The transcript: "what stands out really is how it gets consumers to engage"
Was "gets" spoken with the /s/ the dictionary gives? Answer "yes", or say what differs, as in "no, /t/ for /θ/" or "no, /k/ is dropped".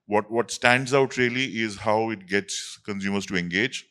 yes